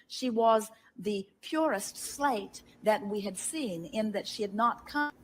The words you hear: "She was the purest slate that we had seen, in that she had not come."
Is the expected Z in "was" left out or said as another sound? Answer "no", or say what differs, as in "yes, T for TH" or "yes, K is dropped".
no